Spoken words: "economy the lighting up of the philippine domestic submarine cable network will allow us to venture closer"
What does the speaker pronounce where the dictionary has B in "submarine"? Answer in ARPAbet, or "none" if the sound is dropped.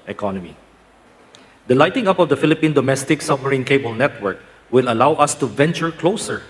none